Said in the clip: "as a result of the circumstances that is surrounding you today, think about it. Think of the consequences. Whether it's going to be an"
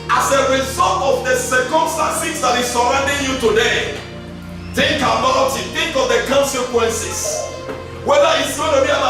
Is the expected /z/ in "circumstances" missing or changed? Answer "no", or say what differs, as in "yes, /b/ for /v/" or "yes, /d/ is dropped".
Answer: yes, /s/ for /z/